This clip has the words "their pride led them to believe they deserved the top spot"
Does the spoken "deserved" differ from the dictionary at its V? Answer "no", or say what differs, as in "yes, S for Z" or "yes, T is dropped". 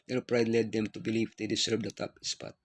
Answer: yes, B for V